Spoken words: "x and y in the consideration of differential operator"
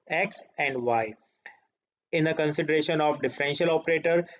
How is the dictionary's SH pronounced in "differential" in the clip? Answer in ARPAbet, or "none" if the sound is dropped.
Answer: SH